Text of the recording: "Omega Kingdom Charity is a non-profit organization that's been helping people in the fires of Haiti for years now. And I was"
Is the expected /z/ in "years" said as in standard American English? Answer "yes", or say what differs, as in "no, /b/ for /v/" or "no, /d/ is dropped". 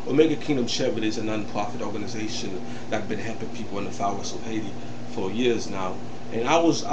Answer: yes